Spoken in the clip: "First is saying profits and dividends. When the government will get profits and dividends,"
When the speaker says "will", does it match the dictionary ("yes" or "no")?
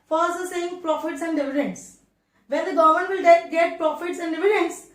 no